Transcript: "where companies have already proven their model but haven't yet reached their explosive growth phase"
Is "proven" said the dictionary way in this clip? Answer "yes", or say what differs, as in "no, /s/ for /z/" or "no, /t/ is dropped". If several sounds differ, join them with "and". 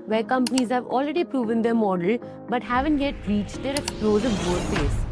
yes